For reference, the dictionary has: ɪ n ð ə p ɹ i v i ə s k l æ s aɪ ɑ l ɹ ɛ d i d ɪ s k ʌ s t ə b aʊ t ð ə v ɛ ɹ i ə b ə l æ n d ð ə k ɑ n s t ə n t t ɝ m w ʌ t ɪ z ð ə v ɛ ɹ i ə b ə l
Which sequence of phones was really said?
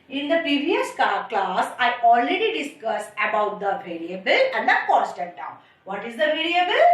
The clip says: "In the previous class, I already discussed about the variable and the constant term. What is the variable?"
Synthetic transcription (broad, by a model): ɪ n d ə p ɹ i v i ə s k l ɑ s aɪ ɑ l ɹ ɛ d i d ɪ s k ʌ s ə b aʊ t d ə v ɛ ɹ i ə b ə l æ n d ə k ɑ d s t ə t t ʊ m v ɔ t ɪ z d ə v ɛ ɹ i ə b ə l